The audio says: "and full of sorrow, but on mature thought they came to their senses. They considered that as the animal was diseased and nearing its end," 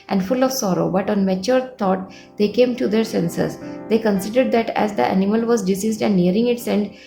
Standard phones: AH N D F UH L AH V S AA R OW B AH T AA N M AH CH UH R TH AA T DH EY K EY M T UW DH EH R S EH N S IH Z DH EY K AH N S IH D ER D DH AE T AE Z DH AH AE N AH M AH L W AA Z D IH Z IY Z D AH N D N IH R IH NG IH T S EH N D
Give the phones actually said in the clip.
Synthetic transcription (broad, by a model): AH N D F UH L AH V S AA R OW B AH T AA N M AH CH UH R T AA T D EY K EY M T UW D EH R S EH N S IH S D EY K AH N S IH D ER D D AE T AE Z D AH AE N AH M AH L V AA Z D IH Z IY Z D AH N D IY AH R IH NG IH T S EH N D